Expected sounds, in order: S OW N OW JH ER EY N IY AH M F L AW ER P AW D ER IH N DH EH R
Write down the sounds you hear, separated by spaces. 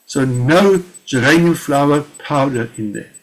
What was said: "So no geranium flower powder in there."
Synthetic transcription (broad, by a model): S OW N OW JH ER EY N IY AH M F L AW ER P AW D ER IH N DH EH